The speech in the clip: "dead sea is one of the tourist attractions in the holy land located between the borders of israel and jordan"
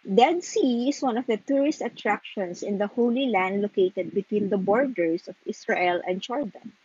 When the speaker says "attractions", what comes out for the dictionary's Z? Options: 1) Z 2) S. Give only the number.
2